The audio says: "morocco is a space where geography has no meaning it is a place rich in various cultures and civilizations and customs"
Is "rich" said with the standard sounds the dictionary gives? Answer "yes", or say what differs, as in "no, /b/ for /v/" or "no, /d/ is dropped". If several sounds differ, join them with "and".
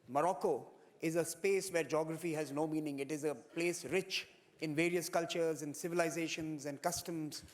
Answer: yes